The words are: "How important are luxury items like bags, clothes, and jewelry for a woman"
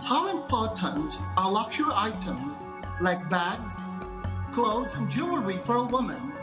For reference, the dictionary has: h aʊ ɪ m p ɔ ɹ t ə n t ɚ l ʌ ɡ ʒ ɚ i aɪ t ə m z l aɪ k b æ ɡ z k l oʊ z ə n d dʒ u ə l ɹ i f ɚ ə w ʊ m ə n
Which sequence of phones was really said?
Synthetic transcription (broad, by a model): h aʊ ɪ m p ɔ ɹ t ə n t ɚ l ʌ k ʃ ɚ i aɪ t ə m z l aɪ k b æ ɡ z k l oʊ ə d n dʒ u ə ɹ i f ɚ ə w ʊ m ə n